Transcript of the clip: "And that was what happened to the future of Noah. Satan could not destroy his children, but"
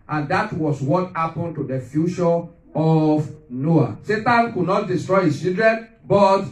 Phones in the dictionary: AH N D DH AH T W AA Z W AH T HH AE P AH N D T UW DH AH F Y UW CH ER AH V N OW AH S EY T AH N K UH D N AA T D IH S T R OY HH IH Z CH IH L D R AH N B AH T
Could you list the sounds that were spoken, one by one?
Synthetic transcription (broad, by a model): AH N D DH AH T W AA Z W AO T HH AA P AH N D T UW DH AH F Y UW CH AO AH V N OW AH S EY T AH N K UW D N AA T D IH S T R OY HH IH S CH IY L D R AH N B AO T